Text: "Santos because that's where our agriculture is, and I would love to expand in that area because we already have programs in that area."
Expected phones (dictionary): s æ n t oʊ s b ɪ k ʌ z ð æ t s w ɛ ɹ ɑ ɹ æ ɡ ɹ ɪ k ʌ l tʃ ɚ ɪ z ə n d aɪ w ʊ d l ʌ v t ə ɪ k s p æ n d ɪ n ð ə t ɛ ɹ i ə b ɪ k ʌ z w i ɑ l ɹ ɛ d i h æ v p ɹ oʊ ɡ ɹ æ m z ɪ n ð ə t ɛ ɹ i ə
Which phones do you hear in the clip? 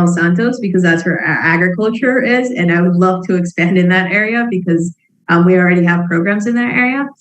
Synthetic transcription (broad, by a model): s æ n t oʊ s b ɪ k ʌ z ð æ t s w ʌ ɹ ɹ æ ɡ ɹ ɪ k ʌ l tʃ ɚ ɪ z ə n aɪ w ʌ d l ʌ v t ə ɪ k s p æ n d ɪ n ð ə t ɛ ɹ i ə b ɪ k ʌ z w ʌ ɑ l ɹ ɛ d i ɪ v p ɹ oʊ ɡ ɹ æ m z ɪ n ð ə t ɛ ɹ i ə